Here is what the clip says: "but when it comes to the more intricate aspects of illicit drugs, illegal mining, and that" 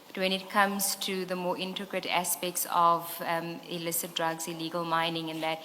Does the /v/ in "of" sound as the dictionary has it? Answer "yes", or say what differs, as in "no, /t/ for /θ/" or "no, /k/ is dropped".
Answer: yes